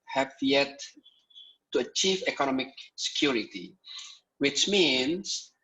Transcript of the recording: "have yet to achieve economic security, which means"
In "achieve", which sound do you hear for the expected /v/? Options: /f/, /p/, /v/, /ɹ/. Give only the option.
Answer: /v/